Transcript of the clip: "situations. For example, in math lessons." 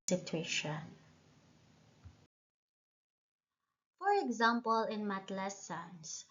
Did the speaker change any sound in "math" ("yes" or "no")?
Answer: yes